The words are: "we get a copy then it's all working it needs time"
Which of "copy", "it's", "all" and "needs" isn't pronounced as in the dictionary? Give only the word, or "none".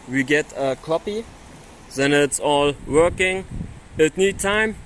needs